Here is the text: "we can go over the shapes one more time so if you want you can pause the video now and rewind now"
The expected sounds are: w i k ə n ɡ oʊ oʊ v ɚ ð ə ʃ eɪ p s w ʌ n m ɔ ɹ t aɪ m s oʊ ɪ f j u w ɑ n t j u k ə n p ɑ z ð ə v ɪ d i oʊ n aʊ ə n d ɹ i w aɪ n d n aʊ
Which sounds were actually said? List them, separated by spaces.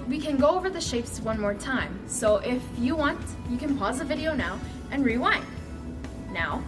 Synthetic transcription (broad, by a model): w i k ə n ɡ oʊ oʊ v ɚ ð ə ʃ eɪ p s w ʌ n m ɔ ɹ t aɪ m s oʊ ɪ f j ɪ w ɑ n t j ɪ k ə n p ɑ z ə v ɪ d i oʊ n aʊ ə n ɹ i w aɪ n n aʊ